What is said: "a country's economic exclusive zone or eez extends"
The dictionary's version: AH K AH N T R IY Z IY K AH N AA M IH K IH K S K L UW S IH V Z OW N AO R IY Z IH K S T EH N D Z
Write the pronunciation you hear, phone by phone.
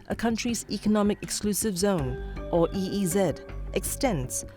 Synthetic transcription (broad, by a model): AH K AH N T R IY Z IY K AH N AA M IH K IH K S K L UW S IH V Z OW N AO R IY Z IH K S T EH N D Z